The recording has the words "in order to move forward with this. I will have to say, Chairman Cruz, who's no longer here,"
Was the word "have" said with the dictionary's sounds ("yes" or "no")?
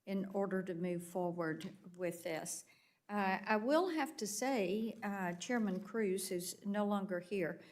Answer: no